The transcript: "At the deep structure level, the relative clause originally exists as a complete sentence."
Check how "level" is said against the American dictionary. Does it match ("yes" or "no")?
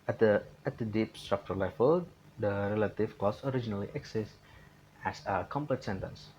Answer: no